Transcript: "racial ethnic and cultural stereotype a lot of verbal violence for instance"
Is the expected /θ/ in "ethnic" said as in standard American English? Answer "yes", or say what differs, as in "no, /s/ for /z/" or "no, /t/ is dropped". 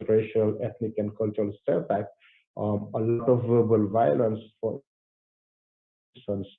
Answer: no, /t/ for /θ/